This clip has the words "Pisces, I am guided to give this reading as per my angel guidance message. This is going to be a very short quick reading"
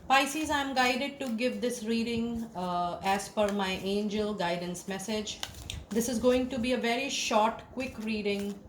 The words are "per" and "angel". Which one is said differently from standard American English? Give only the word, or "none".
per